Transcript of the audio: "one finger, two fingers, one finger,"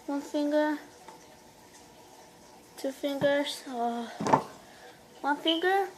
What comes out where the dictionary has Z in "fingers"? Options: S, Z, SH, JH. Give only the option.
S